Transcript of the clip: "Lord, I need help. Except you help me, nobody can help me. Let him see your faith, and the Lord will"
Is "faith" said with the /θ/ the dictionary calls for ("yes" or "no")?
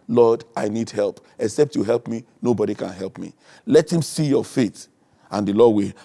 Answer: no